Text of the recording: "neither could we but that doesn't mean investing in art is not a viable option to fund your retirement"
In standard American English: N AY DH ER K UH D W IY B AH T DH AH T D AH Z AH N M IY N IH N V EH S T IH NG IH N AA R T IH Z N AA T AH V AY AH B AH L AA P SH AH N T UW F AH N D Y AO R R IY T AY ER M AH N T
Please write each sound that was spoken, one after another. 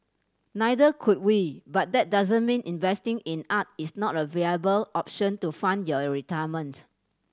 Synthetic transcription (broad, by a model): N AY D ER K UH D W IY B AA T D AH T D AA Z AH N M IY N IH N V EH S T IH NG IH N AA T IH S N AA T AH V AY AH B AH L AA P SH AH N T UW F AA N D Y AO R R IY T AY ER M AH N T